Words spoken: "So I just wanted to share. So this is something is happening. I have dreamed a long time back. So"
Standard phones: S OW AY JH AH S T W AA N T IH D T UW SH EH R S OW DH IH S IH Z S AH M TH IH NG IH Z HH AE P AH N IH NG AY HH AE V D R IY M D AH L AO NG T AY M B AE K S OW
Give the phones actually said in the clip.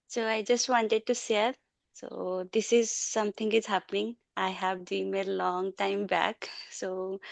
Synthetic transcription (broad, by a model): S OW AY JH AH S T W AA N T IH D T UW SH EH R S OW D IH S IH Z S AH M T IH NG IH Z HH AE P AH N IH NG AY HH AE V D IY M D L AO NG T AY M B AE K S OW